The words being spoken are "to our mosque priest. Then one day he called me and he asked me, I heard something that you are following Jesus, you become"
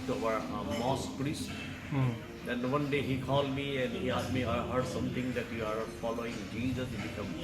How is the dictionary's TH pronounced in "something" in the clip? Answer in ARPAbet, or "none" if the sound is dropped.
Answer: T